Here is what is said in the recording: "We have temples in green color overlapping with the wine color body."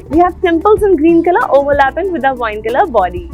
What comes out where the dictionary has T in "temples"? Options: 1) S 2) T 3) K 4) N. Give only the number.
1